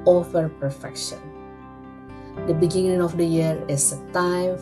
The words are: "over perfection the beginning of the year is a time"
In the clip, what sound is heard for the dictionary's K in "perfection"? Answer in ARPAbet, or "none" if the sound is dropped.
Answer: K